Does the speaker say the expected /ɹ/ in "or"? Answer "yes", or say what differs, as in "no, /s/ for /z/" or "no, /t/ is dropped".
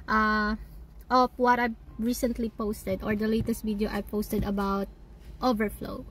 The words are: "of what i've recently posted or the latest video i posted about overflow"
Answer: yes